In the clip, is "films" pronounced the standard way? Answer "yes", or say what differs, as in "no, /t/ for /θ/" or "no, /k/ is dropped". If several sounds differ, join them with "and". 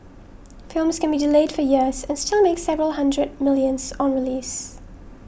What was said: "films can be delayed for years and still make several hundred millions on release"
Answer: yes